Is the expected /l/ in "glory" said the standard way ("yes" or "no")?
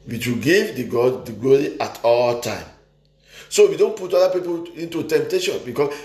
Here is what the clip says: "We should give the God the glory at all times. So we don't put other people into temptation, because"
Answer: yes